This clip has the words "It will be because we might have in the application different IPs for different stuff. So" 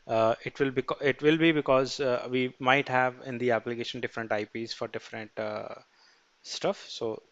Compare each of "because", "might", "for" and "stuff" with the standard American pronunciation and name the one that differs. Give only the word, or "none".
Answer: none